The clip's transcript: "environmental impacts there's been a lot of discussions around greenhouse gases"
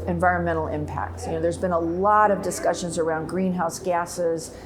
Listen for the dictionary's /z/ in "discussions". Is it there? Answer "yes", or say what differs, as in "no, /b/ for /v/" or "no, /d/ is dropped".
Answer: yes